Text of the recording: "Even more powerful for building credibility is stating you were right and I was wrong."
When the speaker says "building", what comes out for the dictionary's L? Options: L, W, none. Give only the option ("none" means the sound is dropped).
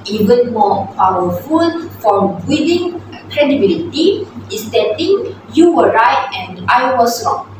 none